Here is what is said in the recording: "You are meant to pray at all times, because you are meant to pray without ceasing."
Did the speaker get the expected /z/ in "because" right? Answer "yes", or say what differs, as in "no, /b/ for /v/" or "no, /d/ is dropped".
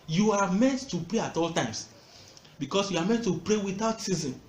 no, /s/ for /z/